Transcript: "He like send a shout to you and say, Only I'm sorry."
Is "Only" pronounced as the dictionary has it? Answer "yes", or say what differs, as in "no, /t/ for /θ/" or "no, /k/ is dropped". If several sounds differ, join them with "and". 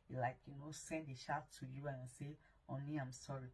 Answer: yes